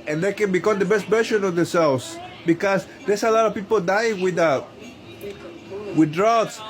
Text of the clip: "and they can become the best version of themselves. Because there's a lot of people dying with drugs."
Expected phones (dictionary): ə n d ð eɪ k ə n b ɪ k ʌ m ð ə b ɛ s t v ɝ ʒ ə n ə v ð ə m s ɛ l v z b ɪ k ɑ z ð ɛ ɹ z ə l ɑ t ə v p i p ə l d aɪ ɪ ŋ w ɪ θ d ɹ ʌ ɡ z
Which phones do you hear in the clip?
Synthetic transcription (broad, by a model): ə n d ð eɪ k ə n b ɪ k ʌ m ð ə b ɛ s t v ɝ ʃ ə n ə v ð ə s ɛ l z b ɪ k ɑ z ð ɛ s ə l ɑ t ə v p i p ə l d aɪ ɪ ŋ w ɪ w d ɹ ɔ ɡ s